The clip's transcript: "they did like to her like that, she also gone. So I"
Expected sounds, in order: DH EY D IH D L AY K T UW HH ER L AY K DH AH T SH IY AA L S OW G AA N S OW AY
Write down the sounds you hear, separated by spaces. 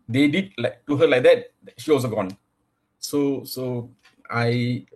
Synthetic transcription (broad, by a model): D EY D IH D L AY K T UW HH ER L AY K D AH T SH IY AA L S OW G AA N S OW AY